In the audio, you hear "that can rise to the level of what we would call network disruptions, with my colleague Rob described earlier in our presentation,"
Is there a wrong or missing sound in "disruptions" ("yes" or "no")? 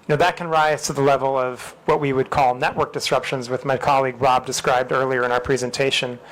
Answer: no